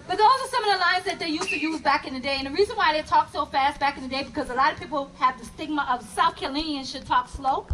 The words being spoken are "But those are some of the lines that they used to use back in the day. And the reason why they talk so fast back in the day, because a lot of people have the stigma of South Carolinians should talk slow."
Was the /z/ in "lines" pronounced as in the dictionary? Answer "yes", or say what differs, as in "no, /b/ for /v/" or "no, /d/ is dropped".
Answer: yes